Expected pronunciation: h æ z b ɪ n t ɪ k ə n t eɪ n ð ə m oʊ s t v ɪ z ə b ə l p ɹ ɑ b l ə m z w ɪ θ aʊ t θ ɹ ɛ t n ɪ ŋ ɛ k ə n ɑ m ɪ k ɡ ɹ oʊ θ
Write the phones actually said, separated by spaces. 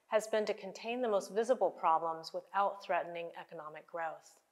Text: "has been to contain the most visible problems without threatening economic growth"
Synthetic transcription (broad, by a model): h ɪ z b ɪ n t ɪ k ə n t eɪ n ð ə m oʊ s t v ɪ z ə b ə l p ɹ ɑ b l ə m z w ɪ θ aʊ t θ ɹ ɛ t n ɪ ŋ ɛ k ə n ɑ m ɪ k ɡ ɹ oʊ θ